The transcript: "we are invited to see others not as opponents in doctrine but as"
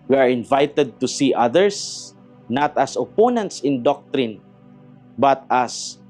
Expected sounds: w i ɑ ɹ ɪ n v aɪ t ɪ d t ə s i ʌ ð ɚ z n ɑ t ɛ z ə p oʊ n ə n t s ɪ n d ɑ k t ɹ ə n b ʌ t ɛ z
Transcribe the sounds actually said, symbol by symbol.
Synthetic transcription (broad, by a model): w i ɑ ɹ ɪ n v aɪ t ɪ d t ə s i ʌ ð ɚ s n ɑ t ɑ s ə p oʊ n ə n t s ɪ n d ɑ k t ɹ ə n b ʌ t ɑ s